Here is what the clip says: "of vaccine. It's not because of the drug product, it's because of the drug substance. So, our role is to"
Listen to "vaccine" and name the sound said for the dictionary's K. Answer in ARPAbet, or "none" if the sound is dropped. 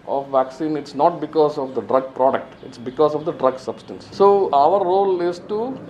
K